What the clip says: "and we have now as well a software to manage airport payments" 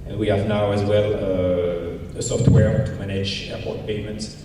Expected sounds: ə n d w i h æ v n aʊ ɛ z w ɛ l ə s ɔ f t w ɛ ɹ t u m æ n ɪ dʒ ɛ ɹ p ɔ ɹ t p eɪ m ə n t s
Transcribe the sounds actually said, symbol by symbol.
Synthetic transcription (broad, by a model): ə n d w i h æ v n aʊ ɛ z w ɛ l ə s ɔ f t w ɛ ɹ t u m æ n ɪ dʒ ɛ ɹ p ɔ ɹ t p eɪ m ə n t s